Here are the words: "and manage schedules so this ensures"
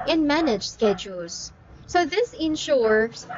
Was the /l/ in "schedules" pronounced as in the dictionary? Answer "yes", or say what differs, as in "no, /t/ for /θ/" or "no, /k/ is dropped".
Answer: yes